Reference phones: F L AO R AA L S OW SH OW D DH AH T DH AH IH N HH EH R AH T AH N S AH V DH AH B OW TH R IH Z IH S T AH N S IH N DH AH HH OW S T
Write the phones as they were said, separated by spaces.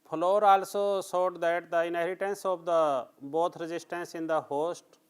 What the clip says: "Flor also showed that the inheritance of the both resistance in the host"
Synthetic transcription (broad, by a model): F L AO R AA L S OW S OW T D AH T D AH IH N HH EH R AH T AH N S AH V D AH B OW T R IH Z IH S T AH N S IH N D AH HH OW S T